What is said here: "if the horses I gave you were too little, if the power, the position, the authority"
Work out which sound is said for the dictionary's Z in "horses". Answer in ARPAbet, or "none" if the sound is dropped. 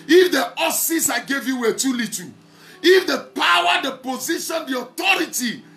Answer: S